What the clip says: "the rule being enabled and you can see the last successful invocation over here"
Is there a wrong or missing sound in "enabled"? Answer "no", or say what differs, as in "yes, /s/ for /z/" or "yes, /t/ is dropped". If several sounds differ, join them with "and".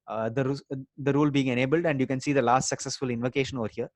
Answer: no